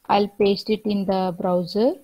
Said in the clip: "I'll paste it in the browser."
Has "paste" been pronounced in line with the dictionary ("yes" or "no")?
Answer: yes